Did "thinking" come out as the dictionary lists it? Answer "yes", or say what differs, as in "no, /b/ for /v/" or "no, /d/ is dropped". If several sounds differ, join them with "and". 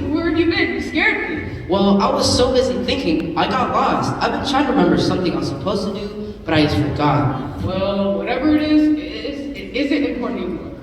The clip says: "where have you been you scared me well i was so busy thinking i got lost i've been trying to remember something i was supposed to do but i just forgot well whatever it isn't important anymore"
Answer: yes